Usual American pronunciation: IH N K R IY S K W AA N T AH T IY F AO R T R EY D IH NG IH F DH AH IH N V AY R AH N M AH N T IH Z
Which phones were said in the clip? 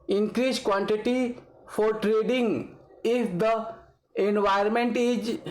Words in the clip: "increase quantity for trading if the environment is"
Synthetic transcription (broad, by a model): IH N K R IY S K W AA N T AH T IY F AO R T R EY D IH NG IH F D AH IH N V AY AH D M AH N T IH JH